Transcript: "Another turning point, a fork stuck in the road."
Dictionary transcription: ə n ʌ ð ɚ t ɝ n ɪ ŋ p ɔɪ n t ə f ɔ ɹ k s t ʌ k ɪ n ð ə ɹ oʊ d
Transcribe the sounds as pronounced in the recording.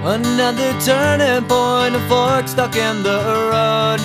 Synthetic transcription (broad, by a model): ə n ʌ ð ɚ t ɝ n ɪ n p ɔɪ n ə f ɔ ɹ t s t ʌ k ɪ n ð ə ɹ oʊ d